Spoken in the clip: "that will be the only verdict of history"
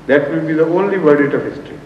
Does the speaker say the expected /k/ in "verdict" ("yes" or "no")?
no